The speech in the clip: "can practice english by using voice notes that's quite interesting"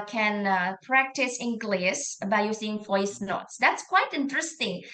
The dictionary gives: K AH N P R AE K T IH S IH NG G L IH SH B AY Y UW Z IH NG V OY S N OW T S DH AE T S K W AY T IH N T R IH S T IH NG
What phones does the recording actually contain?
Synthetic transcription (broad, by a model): K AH N P R AE K T IH S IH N G L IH S B AY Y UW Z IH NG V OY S N OW T S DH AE T S K W AY T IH N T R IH S T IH NG